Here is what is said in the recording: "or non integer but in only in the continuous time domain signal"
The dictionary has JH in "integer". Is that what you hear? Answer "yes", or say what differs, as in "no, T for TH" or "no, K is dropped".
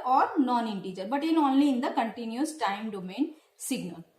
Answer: yes